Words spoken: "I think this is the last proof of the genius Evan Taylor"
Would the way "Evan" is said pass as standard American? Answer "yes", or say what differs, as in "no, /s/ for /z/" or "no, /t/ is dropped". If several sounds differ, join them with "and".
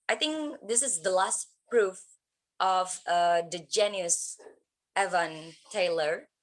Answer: yes